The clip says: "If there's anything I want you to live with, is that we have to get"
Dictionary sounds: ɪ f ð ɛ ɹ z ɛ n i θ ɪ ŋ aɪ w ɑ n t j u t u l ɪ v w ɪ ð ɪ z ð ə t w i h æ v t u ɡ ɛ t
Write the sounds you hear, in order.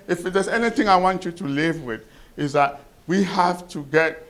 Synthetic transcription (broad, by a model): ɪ f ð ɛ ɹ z ɛ n i θ ɪ ŋ aɪ w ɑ n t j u t u l ɪ v w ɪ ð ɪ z ð ə t w i h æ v t u ɡ ɛ t